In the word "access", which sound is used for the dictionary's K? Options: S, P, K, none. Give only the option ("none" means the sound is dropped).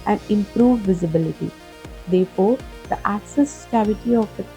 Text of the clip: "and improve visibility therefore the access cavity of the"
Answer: K